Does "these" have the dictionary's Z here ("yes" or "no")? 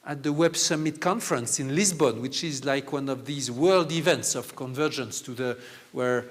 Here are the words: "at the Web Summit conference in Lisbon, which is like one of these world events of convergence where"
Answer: yes